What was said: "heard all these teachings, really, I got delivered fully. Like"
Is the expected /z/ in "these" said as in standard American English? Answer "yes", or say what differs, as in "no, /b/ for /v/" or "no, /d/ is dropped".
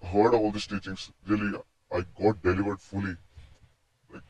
no, /s/ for /z/